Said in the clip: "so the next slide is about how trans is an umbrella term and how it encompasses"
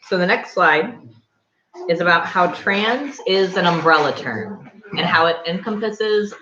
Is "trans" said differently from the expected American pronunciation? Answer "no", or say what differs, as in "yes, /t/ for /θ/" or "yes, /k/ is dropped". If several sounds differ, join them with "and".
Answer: no